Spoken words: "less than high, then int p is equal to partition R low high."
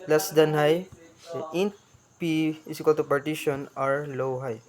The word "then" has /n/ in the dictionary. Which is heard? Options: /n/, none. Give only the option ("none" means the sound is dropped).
none